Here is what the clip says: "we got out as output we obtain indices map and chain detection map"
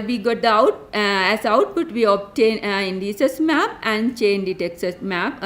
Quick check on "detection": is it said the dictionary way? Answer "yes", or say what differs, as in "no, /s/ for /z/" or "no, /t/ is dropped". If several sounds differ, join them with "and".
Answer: no, /s/ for /ʃ/